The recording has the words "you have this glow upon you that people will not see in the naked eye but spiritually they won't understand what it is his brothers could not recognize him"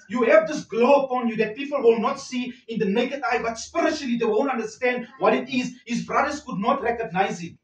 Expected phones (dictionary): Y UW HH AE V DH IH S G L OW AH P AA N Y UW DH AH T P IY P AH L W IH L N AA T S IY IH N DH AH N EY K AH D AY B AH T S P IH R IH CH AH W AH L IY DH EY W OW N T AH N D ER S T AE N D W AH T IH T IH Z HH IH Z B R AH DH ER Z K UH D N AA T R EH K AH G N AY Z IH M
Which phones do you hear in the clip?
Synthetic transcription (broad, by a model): Y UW HH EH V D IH S G L OW AH P AA N Y UW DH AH T P IY P AH L W IH L N AA T S IY IH N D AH N EY K AH D AY B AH T S P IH R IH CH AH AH L IY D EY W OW N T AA N D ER S T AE N D W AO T IH T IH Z HH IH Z B R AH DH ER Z K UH D N AA T R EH K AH G N AY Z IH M